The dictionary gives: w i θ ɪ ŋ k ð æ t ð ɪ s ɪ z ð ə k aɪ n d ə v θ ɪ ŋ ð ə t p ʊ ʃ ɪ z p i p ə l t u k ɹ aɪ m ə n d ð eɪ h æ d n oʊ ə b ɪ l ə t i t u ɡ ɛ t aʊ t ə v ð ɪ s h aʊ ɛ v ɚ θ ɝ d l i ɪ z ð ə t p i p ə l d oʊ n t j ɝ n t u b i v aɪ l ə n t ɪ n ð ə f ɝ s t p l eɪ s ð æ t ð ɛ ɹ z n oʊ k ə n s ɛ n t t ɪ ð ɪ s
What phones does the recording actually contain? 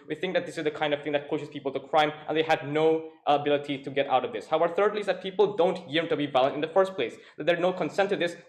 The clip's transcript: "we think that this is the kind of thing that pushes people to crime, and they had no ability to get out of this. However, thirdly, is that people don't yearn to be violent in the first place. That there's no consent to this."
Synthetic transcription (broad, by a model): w i θ ɪ ŋ k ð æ t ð ɪ s ɪ z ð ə k aɪ n d ə v θ ɪ ŋ ð ə t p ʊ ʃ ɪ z p i p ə l t u k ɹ aɪ m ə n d ð eɪ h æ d n oʊ ə b ɪ l ə t i t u ɡ ɛ t aʊ t ə v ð ɪ s h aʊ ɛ ɚ θ ɝ d l i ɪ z ð ə t p i p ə l d oʊ n t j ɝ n t u b i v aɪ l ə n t ɪ n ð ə f ɝ s t p l eɪ s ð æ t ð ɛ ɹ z n oʊ k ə n s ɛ n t t ɪ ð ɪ s